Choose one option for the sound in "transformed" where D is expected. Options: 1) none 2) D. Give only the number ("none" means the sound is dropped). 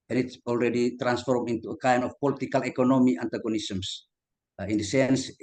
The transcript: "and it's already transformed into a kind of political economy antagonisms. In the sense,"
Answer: 1